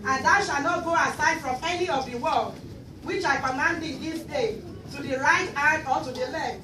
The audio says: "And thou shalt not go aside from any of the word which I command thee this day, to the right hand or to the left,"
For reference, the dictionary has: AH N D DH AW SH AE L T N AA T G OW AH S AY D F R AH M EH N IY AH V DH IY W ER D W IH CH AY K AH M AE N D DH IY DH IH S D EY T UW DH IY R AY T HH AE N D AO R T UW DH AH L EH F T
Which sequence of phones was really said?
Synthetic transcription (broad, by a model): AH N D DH AW SH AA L N AA T G OW AH S AY D F R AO M EH N IY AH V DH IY W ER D W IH CH AY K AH M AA N D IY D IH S D EY T UW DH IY R AY T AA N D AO L T UW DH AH L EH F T